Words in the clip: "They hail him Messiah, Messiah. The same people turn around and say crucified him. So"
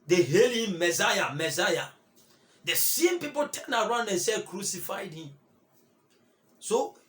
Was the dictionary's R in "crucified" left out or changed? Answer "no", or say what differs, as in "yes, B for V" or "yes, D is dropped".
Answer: no